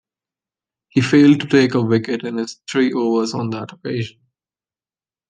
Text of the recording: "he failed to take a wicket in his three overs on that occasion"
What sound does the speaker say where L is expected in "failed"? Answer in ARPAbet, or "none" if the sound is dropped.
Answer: L